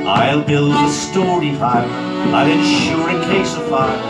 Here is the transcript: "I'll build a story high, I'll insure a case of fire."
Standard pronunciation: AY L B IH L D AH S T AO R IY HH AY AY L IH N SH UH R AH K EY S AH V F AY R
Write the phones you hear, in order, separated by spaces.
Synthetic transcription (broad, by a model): AY L B IH L D AH S T AO R IY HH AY AY L IH N SH UH R AH K EY S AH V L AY